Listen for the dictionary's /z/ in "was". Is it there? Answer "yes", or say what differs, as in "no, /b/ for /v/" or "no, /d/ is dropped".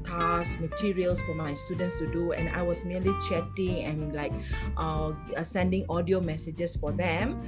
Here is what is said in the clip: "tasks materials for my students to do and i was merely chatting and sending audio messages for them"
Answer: no, /s/ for /z/